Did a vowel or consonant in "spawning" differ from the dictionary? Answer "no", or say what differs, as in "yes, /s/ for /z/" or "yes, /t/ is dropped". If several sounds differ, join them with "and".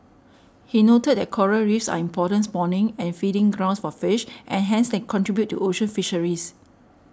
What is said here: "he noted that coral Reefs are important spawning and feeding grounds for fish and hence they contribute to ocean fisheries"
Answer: yes, /b/ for /p/